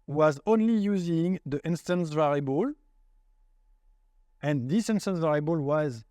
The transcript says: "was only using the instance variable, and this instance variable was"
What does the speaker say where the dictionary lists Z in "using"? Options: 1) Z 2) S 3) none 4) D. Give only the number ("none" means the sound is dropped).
1